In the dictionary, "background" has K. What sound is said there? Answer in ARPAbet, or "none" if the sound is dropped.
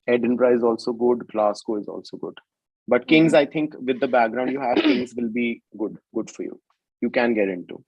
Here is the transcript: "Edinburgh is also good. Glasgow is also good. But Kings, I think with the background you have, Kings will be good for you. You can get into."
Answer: K